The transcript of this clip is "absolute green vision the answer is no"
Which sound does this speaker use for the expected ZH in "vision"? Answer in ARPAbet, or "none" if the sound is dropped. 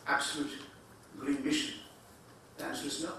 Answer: SH